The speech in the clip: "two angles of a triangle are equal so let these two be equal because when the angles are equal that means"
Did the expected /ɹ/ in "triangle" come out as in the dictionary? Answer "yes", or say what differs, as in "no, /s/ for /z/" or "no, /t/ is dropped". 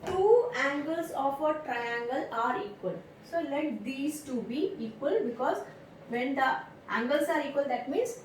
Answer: yes